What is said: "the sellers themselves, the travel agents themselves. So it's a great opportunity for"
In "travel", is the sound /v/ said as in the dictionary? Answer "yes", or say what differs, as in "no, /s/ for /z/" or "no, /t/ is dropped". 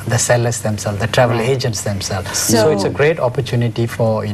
yes